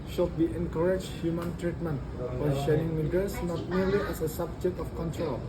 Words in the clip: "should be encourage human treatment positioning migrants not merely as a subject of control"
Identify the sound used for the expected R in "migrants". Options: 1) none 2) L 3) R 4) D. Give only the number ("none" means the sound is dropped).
1